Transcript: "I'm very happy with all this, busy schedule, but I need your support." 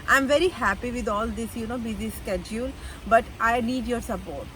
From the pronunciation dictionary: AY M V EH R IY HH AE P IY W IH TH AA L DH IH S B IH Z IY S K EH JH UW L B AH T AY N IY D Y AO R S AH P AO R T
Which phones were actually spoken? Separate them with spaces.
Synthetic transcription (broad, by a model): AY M V EH R IY HH AE P IY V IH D AA L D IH S B IH Z IY S K EH JH UW L B AH T AY N IY D Y AO R S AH P AO R T